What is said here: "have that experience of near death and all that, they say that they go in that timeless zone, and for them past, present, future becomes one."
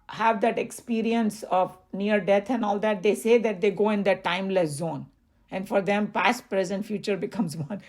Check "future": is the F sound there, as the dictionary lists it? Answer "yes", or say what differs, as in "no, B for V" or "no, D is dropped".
yes